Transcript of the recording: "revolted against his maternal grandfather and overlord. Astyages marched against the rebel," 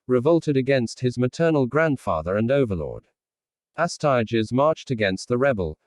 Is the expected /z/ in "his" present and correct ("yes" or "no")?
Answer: yes